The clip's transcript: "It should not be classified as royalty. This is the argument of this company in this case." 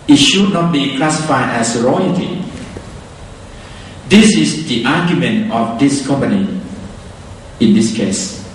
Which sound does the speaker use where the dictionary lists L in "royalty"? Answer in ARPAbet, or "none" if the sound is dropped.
none